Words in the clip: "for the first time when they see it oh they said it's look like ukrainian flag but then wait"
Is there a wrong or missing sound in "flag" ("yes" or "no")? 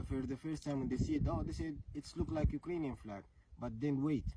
no